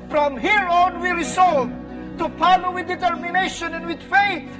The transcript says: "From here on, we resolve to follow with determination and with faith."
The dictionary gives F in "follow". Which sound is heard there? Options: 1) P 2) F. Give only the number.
1